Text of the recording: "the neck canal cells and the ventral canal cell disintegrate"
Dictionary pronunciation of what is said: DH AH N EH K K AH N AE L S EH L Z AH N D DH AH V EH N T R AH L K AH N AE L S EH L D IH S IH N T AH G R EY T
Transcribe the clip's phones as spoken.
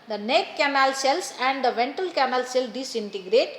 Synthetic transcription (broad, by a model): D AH N EH K K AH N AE L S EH L S AH N D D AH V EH N T AH L K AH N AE L S EH L D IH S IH N T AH G R EY T